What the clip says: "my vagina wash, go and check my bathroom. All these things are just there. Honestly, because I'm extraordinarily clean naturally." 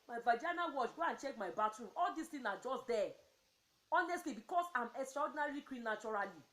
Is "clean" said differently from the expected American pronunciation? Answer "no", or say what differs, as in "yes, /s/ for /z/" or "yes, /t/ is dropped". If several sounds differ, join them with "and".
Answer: yes, /w/ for /l/